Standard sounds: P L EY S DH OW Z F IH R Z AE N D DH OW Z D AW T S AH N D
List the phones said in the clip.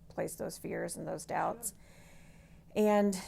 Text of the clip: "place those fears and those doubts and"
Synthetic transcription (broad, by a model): P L EY S DH OW Z F IH R Z N DH OW Z D AW T S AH N